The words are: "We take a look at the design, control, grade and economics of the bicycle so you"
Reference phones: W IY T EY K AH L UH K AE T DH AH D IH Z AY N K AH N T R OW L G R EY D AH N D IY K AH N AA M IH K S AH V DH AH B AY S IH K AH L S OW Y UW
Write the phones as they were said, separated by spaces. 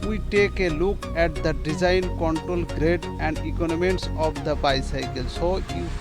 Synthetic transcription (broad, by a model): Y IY T EY K AH L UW K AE T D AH D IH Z AY N K AH N T R OW L G R EY D AH N D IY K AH N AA M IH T S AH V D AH B AY S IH K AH L S OW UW